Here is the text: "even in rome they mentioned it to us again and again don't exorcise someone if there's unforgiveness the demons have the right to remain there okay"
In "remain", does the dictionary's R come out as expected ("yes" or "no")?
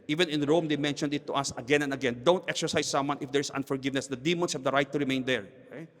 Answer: yes